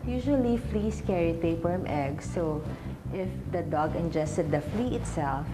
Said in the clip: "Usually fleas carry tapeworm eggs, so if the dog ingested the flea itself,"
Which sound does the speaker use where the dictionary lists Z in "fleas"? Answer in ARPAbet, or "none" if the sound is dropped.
S